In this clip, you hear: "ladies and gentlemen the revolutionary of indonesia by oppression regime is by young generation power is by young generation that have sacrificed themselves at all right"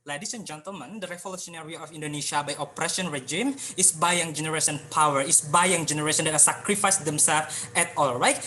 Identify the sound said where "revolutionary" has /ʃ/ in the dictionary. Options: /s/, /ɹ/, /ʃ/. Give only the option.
/s/